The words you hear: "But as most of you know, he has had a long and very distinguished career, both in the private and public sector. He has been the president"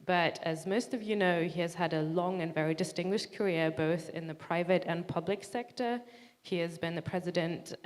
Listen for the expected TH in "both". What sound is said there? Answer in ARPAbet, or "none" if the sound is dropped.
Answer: TH